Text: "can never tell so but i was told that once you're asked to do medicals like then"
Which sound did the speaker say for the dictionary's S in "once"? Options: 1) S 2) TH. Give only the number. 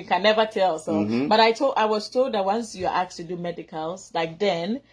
1